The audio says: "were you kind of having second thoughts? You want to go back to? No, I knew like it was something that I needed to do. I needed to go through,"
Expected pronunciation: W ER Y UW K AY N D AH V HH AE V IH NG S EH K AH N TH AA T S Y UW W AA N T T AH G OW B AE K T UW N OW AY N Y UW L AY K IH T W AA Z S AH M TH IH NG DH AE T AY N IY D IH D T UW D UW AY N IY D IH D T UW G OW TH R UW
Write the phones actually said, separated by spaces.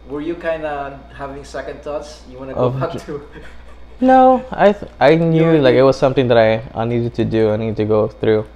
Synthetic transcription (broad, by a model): W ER Y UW K AY N D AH HH AE V IH NG S EH K AH N T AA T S Y UW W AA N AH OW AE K T UW N OW AY N Y UW L AY K IH T W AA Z S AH M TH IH NG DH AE T AY N IY D IH D T UW D UW AY N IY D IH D T UW G OW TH R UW